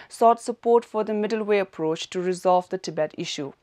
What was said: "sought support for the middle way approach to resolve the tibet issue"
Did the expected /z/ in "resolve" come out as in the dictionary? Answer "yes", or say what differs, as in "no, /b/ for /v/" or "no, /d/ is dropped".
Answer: yes